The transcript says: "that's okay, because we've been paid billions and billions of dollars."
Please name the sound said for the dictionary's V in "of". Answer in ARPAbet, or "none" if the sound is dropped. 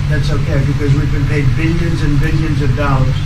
V